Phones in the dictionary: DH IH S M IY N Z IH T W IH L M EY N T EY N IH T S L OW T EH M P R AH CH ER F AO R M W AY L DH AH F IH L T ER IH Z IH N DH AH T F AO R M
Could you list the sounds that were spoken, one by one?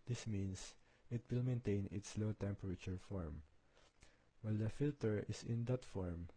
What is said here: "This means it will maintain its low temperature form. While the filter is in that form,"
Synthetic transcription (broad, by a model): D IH S M IY N S IH T W IH L M EY N T EY N IH T S L OW T EH M P R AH CH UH F AO R M W AY L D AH F IH L T ER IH S IH N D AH T F AO R M